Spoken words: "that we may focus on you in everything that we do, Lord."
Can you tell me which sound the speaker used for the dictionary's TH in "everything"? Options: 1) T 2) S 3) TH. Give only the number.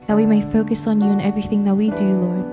3